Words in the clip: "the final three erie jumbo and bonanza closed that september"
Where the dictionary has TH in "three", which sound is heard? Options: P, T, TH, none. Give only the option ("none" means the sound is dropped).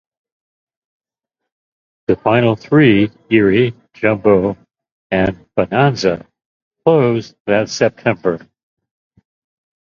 TH